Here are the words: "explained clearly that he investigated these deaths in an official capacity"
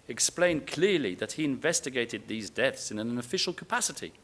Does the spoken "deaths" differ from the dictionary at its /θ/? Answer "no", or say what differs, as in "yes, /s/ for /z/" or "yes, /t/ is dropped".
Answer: no